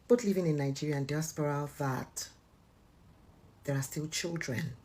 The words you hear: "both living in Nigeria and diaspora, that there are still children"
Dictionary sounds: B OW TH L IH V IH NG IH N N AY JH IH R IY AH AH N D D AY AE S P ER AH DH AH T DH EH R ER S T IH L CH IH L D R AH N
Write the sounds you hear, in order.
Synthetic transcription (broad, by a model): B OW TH L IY V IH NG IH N N AY JH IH R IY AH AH N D D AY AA S P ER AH DH AH T DH EH R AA S T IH L CH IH L D R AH N